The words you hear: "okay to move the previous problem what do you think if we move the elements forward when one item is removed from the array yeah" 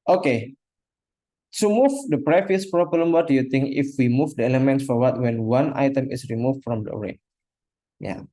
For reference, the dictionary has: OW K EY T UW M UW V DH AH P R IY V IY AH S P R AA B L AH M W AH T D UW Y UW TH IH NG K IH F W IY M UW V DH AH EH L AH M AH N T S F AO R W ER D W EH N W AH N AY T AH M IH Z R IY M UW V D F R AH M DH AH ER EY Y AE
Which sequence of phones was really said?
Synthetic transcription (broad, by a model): OW K EY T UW M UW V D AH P R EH F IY S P R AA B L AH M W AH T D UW Y UW T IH NG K IH F W IY M UW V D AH EH L AH M AH N T S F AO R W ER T W EH N W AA N AY T AH M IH S R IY M UW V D F R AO M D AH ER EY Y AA